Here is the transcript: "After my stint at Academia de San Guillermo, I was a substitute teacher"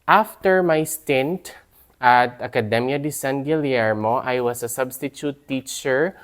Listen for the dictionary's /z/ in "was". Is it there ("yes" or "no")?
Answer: no